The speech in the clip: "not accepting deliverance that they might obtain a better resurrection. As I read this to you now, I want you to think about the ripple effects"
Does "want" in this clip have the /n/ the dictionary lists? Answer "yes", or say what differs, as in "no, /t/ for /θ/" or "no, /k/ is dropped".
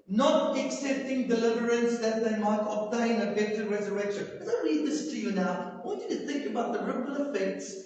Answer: no, /n/ is dropped